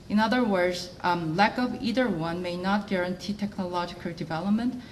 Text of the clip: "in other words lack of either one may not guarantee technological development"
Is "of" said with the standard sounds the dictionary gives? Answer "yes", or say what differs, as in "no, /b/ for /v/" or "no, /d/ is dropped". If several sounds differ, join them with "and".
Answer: yes